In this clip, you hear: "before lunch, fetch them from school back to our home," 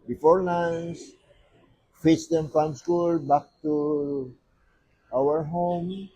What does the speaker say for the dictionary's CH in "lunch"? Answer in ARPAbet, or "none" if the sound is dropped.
S